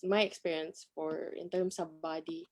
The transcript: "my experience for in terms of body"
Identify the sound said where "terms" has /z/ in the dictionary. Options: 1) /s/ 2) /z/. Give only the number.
1